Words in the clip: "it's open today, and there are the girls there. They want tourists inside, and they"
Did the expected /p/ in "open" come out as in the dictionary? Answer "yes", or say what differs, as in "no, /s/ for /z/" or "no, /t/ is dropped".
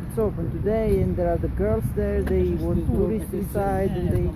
no, /f/ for /p/